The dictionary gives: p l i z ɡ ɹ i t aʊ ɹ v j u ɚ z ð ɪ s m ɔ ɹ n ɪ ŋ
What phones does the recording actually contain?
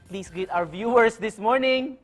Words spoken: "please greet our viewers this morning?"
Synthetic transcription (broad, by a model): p l i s ɡ i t aʊ ɹ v j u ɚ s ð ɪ s m ɔ ɹ n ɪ ŋ